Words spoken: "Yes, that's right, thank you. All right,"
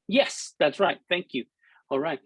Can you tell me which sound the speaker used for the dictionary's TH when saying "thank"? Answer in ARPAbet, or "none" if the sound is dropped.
TH